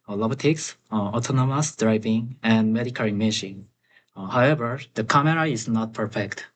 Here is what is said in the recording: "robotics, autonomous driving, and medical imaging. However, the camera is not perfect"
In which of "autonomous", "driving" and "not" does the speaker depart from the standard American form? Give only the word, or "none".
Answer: none